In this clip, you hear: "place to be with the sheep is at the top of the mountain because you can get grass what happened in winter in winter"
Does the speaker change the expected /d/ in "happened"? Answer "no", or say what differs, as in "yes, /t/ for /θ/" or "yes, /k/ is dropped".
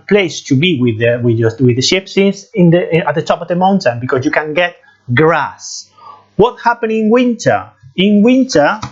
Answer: yes, /d/ is dropped